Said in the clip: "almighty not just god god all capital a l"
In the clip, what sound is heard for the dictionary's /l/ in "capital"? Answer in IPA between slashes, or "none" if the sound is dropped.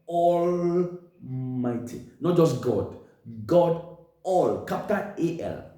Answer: /n/